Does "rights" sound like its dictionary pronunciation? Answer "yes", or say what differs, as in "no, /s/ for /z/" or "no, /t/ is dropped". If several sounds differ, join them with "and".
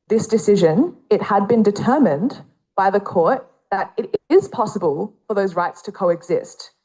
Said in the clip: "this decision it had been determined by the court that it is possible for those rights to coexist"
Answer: yes